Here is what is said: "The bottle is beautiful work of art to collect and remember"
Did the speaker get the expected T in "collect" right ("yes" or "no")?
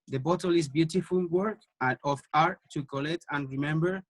yes